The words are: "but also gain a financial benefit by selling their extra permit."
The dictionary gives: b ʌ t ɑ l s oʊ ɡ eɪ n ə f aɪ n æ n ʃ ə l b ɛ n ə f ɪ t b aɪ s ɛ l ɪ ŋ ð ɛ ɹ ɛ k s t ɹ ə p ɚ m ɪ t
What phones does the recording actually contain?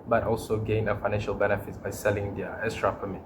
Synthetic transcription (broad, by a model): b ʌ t ɑ l s oʊ ɡ eɪ n ə f aɪ n æ n ʃ ə l b ɛ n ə f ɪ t b aɪ s ɛ l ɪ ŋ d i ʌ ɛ s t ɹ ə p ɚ m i